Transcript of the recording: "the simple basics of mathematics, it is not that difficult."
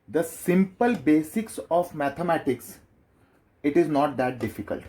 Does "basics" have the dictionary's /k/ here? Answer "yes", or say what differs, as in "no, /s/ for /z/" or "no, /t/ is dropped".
yes